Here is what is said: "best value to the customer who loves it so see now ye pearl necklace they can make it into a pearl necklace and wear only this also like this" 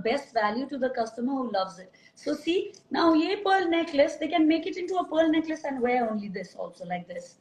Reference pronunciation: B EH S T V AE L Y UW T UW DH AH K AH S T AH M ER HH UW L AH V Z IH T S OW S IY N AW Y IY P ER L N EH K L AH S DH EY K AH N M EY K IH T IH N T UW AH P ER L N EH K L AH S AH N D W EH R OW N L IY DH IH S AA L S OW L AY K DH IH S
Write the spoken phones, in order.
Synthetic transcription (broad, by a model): B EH S T V AE L Y UW T UW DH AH K AH S T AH M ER HH UW L AH V Z IH T S OW S IY N AW Y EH P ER L N EH K L AH S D EY K AH N M EY K IH T IH N T UW AH P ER L N EH K L AH S AH N D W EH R OW N L IY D IH S AA L S OW L AY K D IH S